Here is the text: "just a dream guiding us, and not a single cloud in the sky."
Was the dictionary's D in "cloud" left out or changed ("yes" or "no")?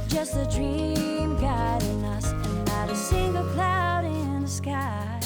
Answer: no